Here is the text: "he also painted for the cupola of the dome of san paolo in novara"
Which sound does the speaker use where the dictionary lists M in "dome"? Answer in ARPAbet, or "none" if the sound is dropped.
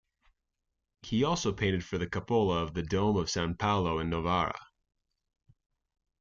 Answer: M